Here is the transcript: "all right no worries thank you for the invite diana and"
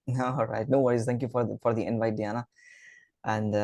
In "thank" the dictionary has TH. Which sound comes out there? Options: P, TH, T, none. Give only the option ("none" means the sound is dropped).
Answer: T